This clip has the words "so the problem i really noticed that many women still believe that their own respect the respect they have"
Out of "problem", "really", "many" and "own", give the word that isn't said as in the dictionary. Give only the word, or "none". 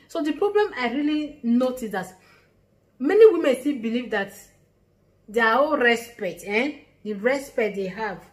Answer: own